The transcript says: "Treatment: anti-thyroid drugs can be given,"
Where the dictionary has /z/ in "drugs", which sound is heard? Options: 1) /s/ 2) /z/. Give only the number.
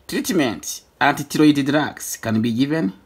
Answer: 1